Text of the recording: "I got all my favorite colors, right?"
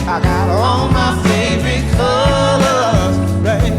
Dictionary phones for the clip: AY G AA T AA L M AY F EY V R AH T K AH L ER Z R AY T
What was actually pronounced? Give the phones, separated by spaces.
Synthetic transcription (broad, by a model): AY G AA T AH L M AY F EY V R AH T K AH L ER R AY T